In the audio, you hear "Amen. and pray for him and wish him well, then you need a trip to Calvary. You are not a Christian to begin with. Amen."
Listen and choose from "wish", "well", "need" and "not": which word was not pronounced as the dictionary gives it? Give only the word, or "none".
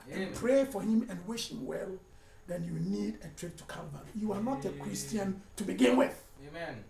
none